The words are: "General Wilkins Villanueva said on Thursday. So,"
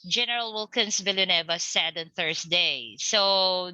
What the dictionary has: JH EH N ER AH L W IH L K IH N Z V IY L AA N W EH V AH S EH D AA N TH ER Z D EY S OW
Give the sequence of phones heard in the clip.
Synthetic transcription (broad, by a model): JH EH N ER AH L W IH L K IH N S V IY L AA N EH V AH S EH D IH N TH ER S D EY S OW